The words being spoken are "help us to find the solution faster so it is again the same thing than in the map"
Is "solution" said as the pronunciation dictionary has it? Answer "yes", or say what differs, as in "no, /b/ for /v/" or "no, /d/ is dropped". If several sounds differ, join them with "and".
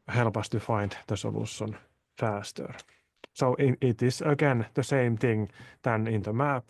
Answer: no, /s/ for /ʃ/